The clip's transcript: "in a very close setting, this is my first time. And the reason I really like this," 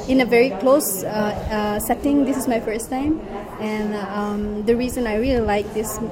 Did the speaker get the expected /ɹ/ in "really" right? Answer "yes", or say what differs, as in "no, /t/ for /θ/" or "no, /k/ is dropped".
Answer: yes